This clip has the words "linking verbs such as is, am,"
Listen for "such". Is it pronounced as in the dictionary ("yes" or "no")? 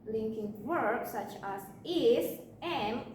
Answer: yes